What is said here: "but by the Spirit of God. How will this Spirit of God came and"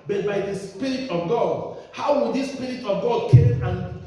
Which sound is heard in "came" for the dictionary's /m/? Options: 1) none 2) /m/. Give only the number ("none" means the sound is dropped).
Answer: 1